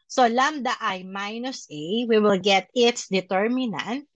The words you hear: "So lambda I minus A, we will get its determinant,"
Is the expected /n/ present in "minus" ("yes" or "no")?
yes